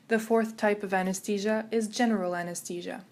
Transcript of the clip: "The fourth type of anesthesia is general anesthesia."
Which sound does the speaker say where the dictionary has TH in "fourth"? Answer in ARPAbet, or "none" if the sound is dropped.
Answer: TH